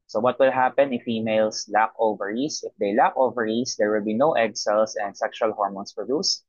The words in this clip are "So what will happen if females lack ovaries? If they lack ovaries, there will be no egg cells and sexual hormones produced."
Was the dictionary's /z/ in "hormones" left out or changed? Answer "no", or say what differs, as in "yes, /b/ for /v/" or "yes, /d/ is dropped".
yes, /s/ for /z/